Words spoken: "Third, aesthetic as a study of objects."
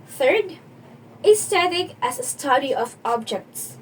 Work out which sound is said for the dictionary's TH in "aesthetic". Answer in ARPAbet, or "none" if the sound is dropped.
T